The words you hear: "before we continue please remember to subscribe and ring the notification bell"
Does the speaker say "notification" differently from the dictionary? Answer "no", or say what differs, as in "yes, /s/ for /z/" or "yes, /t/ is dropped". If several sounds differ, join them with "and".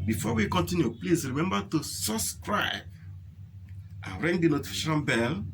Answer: yes, /ʃ/ is dropped